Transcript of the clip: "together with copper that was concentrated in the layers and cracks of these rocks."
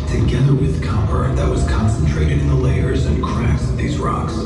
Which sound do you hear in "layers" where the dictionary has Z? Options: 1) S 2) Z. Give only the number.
2